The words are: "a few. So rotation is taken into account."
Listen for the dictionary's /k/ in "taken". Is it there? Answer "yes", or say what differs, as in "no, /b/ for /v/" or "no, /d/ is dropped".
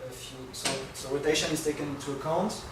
yes